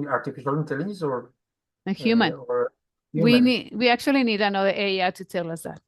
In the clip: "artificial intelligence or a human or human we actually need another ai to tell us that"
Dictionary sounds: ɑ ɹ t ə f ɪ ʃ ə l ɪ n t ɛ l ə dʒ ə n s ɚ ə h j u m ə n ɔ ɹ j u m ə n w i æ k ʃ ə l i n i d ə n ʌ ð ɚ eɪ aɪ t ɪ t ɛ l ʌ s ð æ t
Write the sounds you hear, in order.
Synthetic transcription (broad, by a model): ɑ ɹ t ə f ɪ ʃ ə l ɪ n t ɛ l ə z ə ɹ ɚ ə h j u m ə n ɔ ɹ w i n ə w i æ k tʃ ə l i n i d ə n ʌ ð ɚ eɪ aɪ t ɪ t ɛ l ʌ s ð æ t